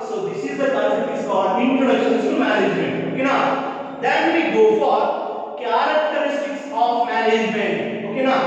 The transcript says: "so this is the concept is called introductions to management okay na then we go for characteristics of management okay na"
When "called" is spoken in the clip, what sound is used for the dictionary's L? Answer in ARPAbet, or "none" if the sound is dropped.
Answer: none